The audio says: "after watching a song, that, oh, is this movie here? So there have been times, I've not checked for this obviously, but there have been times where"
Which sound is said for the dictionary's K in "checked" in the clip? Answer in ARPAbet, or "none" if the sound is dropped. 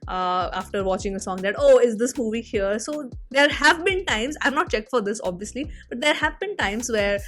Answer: K